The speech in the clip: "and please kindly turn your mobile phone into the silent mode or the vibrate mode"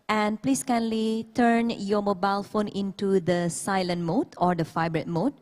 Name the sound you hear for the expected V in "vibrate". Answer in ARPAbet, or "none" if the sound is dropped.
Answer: F